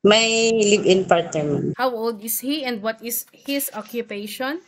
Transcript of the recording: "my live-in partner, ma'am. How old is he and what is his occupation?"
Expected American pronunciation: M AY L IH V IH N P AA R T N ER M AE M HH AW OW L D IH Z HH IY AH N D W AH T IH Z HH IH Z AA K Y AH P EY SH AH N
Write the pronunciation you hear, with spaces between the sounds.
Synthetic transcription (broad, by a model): M AY L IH B IH N P AA R T N ER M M HH AW OW L D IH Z HH IY AH N D W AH T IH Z HH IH S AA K Y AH P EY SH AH N